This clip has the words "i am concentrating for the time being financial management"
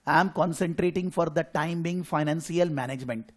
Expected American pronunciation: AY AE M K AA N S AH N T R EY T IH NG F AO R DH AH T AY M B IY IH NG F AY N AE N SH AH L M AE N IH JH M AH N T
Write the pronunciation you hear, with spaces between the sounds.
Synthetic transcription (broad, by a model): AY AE M K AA N S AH N T R EY T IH NG F AO R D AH T AY M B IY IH NG F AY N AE N S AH L M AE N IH JH M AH N T